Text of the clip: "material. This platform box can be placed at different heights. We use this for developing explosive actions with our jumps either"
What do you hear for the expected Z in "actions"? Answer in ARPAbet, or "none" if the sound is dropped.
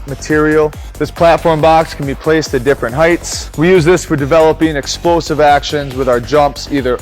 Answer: Z